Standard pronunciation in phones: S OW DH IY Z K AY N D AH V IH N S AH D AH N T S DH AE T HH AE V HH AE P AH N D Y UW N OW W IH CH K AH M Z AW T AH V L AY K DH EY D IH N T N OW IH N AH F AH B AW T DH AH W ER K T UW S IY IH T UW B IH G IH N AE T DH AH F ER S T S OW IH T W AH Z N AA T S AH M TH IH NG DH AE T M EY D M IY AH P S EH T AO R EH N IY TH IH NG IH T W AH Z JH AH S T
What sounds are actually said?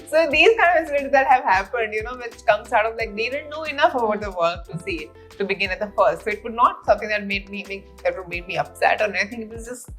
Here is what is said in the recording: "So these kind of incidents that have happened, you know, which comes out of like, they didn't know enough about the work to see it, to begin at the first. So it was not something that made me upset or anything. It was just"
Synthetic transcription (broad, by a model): S OW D IY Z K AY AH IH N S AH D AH T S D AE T HH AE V HH AE P AH N D Y UW N OW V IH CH K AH M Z AW T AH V L AY K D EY D IH N T N OW IH N AH F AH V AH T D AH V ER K T UW S IY T UW B IH G IH N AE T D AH F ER S T S OW IH T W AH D N AA T S AH M T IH NG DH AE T M EY D M IY AH P S EH T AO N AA IY T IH NG IH T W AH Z JH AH S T